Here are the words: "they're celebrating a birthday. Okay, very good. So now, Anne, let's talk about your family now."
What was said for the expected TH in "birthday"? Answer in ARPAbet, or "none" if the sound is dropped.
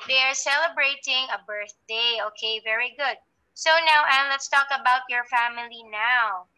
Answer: TH